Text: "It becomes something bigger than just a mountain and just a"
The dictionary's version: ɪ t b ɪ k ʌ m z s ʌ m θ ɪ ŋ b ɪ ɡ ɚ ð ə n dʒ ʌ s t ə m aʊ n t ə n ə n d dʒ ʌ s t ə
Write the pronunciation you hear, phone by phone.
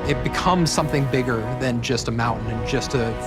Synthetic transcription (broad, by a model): ɪ t b ɪ k ʌ m z s ʌ m θ ɪ ŋ b ɪ ɡ ɚ ð ə n dʒ ʌ s t ə m aʊ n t n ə n dʒ ʌ s t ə